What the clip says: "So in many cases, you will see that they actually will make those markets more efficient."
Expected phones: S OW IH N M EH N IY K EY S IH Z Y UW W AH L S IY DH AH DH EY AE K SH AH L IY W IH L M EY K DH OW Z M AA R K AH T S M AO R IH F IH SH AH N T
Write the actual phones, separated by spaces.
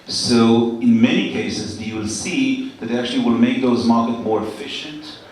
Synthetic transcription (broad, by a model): S OW IH N M EH N IY K EY S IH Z Y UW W L S IY DH AH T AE K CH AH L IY W IH L M EY K DH OW Z M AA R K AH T M AO R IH F IH SH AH N T